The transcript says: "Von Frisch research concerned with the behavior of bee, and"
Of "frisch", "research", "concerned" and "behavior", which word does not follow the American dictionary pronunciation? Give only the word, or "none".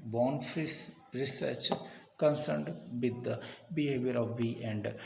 frisch